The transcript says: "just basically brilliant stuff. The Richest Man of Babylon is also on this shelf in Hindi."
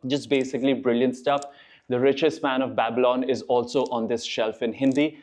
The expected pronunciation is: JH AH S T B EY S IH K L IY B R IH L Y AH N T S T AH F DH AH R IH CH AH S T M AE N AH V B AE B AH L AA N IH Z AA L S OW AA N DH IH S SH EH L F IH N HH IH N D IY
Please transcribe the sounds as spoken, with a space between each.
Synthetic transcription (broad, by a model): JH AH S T B EY S IH K L IY B R IH L Y AH N T S T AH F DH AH R IH CH AH S T M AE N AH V B AE B AH L AA N IH Z AA L S OW AA N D IH S SH EH L F IH N HH IH N D IY